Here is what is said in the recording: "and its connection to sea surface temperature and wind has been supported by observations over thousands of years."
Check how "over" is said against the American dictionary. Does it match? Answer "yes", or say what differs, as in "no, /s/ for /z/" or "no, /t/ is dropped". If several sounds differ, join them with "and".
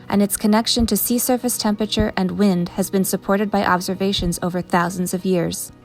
yes